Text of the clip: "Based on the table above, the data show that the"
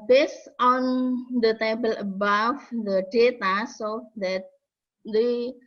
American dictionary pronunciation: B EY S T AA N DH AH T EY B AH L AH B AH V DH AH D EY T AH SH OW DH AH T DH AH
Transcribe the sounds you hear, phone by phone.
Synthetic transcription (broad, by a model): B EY S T AA N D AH T EY B AH L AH B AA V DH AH D EY T AH S OW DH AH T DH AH